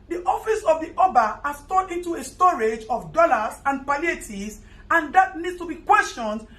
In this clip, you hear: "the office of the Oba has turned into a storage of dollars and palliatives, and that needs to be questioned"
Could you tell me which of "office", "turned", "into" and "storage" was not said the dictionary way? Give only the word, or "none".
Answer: turned